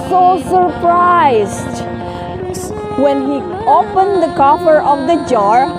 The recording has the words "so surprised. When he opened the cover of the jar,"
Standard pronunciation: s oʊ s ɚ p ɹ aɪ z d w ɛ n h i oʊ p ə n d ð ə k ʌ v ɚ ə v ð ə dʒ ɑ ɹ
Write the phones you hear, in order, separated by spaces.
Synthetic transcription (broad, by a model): s oʊ s ɚ p ɹ aɪ z d w ɛ n h i oʊ p ə n d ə k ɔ f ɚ ə v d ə dʒ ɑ ɹ